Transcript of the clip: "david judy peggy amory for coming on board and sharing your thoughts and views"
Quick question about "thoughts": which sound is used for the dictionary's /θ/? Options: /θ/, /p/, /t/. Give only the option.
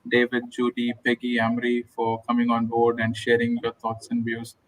/t/